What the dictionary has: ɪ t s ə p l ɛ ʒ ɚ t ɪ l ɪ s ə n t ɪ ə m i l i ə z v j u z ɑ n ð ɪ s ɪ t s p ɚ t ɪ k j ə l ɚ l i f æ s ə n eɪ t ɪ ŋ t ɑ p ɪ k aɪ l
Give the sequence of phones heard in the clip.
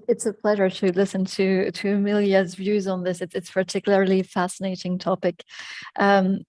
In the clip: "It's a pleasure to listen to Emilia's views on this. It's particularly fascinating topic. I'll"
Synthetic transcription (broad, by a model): ɪ t s ə p l ɛ ʒ ɚ t ɪ l ɪ s ə n t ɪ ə m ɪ l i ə z v j u z n ð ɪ s ɪ t s p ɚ t ɪ k j l ɚ l i f æ s ə n eɪ t ɪ ŋ t ɑ p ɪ k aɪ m